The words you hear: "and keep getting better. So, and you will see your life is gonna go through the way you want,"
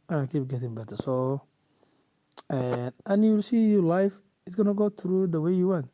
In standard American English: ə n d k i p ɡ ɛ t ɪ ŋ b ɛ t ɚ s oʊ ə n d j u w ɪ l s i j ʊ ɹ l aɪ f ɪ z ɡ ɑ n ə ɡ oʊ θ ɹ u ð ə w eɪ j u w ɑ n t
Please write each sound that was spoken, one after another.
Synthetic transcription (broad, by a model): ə k i p ɡ ɛ t ɪ ŋ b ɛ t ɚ s oʊ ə n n j u w ɪ l s i j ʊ l aɪ f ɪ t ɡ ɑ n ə ɡ oʊ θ ɹ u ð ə w eɪ j u w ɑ n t